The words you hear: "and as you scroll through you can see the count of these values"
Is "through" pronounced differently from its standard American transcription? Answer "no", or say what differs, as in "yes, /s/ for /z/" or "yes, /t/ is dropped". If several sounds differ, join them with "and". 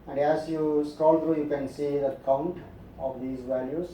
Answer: yes, /t/ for /θ/